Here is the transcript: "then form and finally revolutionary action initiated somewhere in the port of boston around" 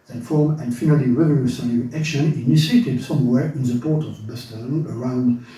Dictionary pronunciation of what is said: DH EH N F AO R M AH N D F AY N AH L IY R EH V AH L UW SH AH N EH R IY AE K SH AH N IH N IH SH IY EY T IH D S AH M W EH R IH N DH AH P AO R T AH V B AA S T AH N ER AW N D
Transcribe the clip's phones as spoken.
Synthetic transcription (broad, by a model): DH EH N F AO R M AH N F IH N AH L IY R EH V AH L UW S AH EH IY AE K SH AH N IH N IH S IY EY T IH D S AH M W EH R IH N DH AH P AO R T AH V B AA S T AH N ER AW N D